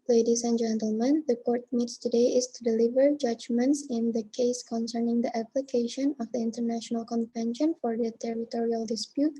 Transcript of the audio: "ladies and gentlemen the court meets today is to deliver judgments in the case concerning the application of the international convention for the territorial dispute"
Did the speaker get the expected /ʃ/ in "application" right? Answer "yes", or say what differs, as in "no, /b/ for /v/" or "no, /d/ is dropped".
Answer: yes